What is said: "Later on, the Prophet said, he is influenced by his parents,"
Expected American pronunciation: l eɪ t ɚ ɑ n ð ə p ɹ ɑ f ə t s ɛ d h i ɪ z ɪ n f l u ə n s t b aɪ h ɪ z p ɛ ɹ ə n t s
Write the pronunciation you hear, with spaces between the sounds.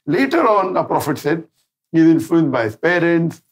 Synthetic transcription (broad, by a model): l eɪ t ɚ ɑ n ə p ɹ ɑ f ə t s ɛ d h i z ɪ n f u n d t b aɪ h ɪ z p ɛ ɹ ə n t s